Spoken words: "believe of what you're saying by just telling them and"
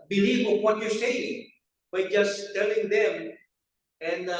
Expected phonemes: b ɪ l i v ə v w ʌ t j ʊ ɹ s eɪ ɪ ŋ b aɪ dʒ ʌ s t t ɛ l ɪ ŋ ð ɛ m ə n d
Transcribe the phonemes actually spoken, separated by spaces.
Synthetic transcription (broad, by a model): b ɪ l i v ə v w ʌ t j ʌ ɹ s eɪ ɪ ŋ b aɪ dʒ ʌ s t t ɛ l ɪ ŋ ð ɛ m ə n